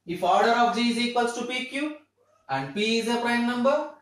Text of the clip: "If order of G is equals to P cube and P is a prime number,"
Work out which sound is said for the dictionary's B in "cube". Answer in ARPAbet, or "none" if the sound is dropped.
none